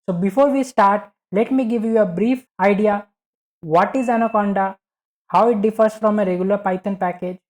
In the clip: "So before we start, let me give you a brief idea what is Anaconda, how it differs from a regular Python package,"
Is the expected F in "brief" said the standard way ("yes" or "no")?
yes